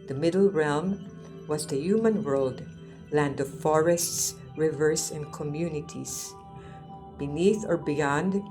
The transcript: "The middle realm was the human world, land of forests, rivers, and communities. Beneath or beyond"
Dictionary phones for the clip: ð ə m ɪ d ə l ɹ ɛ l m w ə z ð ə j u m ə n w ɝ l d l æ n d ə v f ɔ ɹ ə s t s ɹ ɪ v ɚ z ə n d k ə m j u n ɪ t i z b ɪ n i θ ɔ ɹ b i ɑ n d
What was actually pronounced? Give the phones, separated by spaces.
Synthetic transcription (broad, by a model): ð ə m ɪ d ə l ɹ ɛ l m w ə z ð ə j u m ə n w ɝ l d l æ n d ə v f ɔ ɹ ə s t s ɹ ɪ v ɚ s ə n d k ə m j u n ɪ t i s b ɪ n i θ ɔ ɹ b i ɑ n d